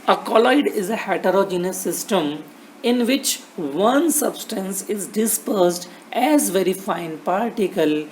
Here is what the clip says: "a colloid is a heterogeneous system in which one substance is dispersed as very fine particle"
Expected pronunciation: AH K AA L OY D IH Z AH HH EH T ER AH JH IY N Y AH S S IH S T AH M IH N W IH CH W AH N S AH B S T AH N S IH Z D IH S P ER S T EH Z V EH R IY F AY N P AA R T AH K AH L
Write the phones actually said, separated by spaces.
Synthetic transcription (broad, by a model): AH K AA L OY D IH Z AH HH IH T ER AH JH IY N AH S S IH S T AH M IH N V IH CH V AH N S AH B S T AH N S IH Z D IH S P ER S T EH Z V EH R IY F AY N P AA R T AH K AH L